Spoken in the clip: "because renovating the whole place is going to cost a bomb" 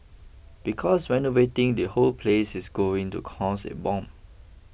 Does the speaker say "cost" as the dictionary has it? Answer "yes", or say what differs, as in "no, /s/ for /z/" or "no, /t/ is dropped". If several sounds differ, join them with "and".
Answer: no, /t/ is dropped